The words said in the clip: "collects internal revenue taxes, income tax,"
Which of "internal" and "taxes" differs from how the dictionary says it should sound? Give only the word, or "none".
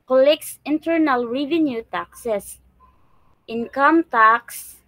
taxes